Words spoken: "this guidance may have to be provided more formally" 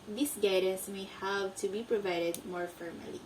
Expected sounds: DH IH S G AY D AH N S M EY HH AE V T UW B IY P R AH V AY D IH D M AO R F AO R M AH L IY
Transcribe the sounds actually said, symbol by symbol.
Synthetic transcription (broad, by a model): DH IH S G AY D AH S M EY HH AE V T UW B IY P R AH V AY D IH D M AO R F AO R M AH L IY